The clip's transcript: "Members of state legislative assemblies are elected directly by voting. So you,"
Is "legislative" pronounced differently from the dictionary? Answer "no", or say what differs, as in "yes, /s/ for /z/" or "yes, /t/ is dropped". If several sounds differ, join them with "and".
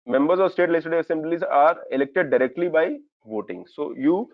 yes, /dʒ/ is dropped and /v/ is dropped